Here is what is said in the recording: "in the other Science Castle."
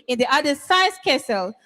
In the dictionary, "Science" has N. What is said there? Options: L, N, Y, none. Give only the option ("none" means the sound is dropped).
none